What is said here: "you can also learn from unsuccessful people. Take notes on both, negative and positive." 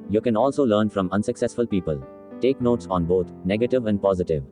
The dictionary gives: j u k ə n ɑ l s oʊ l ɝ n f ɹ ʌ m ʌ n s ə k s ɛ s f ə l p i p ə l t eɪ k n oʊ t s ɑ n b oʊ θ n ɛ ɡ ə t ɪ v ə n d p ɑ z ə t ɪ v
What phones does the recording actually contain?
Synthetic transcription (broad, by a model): j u k ə n ɑ l s oʊ l ɝ n f ɹ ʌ m ʌ n s ə k s ɛ s f ə l p i p ə l t eɪ k n oʊ t s ɑ n b oʊ t n ɛ ɡ ə t ɪ v ə n d p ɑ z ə t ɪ v